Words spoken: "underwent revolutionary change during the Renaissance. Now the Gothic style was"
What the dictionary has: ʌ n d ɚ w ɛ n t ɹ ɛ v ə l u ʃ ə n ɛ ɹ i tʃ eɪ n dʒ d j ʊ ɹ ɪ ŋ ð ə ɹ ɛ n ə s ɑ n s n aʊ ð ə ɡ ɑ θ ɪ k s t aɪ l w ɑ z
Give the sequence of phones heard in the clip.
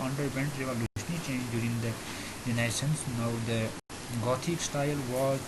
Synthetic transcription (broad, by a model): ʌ n d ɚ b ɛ n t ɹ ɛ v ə l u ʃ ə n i tʃ eɪ n dʒ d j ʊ ɹ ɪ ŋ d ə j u n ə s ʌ n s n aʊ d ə ɡ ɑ t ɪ k s t aɪ l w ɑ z